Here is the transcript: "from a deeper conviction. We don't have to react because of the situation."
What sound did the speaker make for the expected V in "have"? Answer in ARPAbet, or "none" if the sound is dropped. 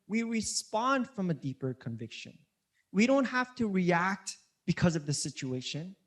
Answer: F